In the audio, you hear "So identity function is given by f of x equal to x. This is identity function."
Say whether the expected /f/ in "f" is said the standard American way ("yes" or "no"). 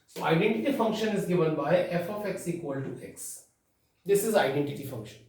yes